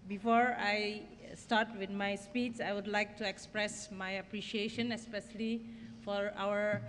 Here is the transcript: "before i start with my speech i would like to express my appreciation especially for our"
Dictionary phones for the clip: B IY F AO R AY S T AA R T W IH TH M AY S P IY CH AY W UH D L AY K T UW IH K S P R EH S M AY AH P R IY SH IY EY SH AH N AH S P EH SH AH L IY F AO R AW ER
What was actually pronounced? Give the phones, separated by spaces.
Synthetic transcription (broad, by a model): B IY F AO R AY S T AA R T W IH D M AY S P IY S AY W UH D L AY K T UW IH K S P R EH S M AY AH P R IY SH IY EY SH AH N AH S P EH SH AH L IY F AO R AW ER